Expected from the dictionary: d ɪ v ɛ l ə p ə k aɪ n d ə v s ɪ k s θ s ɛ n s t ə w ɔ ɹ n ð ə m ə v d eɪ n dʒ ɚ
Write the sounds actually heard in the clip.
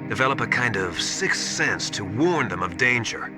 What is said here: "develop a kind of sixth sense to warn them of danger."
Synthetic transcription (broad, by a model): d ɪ v ɛ l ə p ə k aɪ n d ə v s ɪ k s s ɛ n s t ə w ɔ ɹ n ð ə m ə v d eɪ n dʒ ɚ